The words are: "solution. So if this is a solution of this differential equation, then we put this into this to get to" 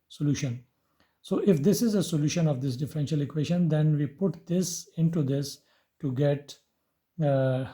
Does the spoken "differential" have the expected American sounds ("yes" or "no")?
yes